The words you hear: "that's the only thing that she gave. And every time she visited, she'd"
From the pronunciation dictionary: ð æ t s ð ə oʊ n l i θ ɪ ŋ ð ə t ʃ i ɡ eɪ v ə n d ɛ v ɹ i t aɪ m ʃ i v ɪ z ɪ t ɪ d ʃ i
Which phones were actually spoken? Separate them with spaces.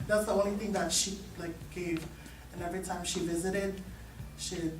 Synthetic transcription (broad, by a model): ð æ t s ð ə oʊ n l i θ ɪ ŋ ð ə t ʃ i ɡ eɪ v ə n ɛ v ɹ i t aɪ m ʃ i v ɪ z ɪ t ɪ d ʃ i